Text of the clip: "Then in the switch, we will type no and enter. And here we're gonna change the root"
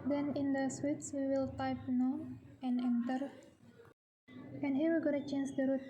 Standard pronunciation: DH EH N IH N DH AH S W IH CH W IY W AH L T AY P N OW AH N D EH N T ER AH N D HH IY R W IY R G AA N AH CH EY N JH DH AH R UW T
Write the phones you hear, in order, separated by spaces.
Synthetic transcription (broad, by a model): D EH N IH N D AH S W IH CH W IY W AH L T AY P N OW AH N EH N T ER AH N HH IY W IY L G AA N AH CH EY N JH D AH R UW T